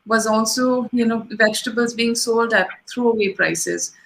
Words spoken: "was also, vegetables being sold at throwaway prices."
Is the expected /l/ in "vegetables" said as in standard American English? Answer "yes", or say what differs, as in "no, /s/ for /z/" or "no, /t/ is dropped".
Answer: yes